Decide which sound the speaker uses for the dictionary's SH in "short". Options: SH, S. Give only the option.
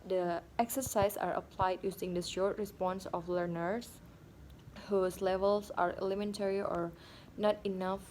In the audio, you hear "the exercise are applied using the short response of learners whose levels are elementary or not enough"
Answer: SH